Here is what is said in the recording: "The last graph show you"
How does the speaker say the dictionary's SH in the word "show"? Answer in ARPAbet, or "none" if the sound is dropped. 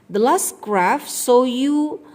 S